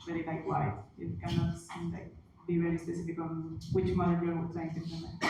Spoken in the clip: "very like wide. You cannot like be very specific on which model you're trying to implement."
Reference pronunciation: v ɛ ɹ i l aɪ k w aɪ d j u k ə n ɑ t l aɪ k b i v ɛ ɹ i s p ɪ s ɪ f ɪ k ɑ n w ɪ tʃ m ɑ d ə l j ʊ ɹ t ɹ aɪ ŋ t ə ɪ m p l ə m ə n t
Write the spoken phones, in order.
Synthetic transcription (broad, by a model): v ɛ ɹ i l aɪ k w aɪ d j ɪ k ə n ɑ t l aɪ k b i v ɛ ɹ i s p ɪ s ɪ f ɪ k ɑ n w ɪ tʃ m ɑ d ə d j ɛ w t l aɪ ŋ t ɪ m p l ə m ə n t